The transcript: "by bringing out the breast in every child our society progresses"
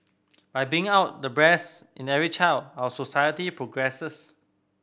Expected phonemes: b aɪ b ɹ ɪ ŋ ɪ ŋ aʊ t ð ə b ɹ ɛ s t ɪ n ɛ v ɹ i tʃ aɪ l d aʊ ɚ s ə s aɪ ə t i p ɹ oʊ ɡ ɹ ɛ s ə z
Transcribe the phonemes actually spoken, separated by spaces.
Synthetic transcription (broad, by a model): b aɪ b i ɪ ŋ aʊ t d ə b ɹ ɛ s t ɪ n ɛ v ɹ i tʃ aɪ l d aʊ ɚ s ə s aɪ ə t i p ɹ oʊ ɡ ɹ ɛ s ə s